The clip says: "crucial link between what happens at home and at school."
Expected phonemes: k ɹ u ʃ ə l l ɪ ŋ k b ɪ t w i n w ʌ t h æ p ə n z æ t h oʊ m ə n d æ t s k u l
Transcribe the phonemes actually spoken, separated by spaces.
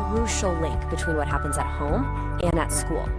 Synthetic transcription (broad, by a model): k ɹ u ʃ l l ɪ ŋ k b ɪ t w i n w ʌ t h æ p ə n z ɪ t h oʊ m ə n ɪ t s k u l